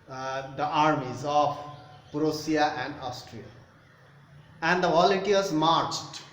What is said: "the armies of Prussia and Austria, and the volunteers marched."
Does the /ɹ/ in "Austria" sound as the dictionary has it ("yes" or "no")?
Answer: yes